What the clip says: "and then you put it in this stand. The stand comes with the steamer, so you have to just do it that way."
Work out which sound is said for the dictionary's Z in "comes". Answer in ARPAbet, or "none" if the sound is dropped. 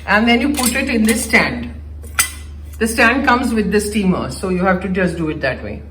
Z